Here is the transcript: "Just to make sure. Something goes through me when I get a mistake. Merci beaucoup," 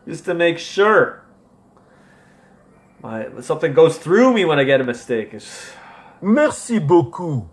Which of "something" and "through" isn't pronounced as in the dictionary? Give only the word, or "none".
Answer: none